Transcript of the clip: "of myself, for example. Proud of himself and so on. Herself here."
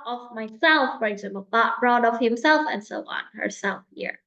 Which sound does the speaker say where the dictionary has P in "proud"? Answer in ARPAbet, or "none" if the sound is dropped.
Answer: B